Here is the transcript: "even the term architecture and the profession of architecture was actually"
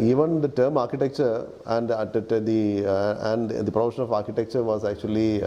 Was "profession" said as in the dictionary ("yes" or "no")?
no